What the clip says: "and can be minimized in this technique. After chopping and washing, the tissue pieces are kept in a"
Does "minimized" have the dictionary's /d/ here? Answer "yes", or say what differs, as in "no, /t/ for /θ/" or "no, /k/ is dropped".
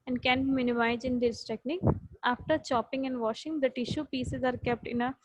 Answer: no, /d/ is dropped